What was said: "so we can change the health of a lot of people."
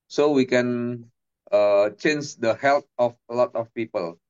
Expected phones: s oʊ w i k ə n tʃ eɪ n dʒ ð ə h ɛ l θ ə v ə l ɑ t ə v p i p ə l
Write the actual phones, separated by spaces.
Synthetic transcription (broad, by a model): s oʊ w i k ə n tʃ eɪ n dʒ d ə h ɛ l t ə f ə l ɑ t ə f p i p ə l